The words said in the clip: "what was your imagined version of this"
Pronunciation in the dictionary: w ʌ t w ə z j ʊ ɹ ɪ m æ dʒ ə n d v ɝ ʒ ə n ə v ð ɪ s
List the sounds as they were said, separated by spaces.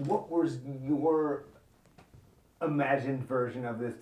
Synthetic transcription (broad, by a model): w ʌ t w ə z j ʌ ɹ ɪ m æ dʒ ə n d v ɝ ʒ ə n ə v ð ɪ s